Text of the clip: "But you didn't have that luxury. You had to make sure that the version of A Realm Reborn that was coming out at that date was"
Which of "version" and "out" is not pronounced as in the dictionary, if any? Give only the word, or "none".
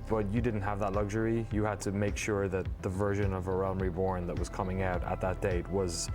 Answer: none